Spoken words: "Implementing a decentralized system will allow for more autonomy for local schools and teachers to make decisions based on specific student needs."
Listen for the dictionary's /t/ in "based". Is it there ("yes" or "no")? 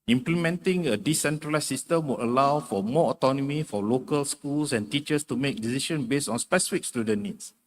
no